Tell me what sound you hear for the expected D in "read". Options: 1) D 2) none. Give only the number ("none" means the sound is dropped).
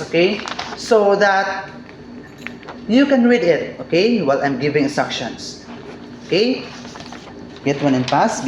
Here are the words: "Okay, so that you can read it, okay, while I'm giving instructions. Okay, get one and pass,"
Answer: 1